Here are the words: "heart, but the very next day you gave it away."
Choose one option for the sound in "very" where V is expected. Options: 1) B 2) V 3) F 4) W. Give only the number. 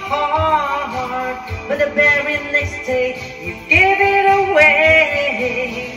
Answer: 1